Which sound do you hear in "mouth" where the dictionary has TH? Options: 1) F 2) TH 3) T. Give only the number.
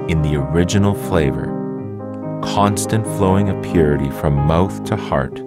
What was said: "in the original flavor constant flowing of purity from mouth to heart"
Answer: 2